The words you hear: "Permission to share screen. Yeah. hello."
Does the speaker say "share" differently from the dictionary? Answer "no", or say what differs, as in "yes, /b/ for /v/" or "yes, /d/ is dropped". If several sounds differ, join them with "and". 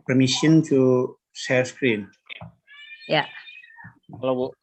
yes, /s/ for /ʃ/ and /l/ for /ɹ/